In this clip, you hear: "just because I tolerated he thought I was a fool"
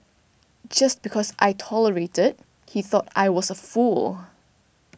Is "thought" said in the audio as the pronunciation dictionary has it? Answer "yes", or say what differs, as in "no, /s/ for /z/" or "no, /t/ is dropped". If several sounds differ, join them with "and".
yes